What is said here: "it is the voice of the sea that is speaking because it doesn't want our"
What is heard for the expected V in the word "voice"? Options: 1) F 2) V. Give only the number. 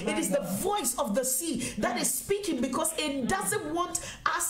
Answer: 2